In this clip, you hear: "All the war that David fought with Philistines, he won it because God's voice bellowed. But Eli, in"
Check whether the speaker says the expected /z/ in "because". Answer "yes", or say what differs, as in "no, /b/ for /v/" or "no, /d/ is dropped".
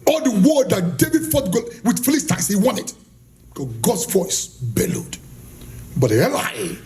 no, /z/ is dropped